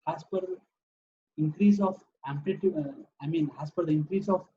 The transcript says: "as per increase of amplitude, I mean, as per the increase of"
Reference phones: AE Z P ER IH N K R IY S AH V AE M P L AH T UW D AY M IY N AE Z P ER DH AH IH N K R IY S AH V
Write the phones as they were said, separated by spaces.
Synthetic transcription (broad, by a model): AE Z P ER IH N K R IY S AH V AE M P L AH T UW AY M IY N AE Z P ER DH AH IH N K R IY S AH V